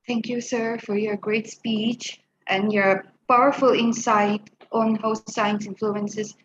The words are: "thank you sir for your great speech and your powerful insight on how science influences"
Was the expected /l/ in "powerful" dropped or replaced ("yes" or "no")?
no